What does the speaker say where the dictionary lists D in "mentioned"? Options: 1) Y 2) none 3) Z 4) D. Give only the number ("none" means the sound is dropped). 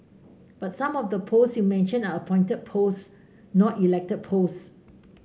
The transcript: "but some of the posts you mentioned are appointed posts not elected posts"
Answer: 2